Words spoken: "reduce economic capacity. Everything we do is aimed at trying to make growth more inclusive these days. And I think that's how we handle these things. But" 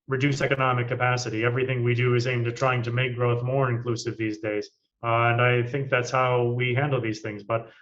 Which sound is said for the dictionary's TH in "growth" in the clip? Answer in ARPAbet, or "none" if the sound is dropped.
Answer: TH